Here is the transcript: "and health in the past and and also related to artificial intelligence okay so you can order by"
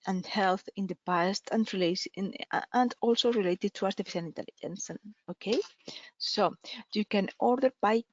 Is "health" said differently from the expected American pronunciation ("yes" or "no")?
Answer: no